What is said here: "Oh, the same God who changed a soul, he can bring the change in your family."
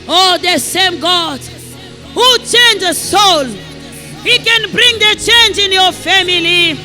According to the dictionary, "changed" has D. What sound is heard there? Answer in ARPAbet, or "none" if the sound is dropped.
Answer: none